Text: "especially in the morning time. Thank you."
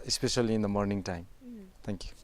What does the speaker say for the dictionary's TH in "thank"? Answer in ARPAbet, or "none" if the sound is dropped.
T